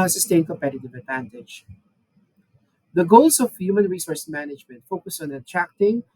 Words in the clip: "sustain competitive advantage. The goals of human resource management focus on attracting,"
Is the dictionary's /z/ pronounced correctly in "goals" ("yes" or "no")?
no